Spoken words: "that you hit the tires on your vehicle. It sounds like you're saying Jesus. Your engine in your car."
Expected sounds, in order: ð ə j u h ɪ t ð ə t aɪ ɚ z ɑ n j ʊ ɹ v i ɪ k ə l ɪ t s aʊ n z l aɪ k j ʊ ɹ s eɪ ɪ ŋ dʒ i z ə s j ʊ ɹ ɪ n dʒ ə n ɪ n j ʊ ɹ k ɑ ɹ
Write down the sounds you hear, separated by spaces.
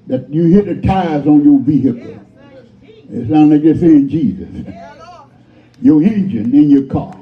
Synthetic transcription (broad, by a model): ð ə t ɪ h ɪ t ð ə t aɪ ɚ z n j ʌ ɹ v i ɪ k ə l ɪ t s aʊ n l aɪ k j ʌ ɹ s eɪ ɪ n dʒ i z ə s j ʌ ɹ ɪ n dʒ ə n ɪ n j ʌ ɹ k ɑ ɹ